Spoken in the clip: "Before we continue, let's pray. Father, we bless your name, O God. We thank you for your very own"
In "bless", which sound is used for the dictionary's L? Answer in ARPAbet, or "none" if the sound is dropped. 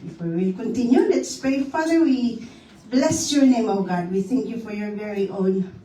L